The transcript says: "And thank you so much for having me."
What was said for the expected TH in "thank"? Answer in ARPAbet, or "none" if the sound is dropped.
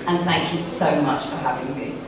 TH